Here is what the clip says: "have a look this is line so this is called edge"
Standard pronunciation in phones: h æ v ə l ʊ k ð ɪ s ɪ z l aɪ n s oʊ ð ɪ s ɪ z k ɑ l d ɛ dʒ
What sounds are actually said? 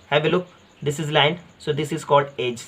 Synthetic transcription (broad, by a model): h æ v ə l ʊ k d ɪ s ɪ z l aɪ n s oʊ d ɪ s ɪ z k ɑ l d ɛ dʒ